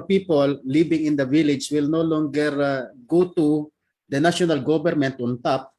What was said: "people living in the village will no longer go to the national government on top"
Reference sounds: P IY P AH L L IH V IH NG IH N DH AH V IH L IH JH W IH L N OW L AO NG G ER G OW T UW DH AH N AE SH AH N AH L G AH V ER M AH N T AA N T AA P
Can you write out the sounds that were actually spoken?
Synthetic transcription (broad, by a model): P IY P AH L L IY B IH NG IH N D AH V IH L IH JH W IH L N OW L AO NG G ER G OW T UW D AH N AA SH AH N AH L G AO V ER M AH N T AA N T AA P